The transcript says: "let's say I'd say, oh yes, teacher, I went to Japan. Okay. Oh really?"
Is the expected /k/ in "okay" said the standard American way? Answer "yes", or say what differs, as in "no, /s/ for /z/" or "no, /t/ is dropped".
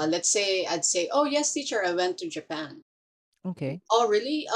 yes